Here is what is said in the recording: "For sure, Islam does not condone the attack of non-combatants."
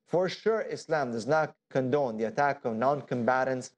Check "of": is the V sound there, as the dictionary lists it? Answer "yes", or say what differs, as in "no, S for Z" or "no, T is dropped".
yes